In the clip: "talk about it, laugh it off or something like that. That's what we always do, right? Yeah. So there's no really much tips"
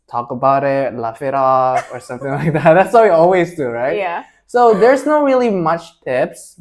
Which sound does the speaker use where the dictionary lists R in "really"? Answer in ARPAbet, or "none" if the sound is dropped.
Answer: R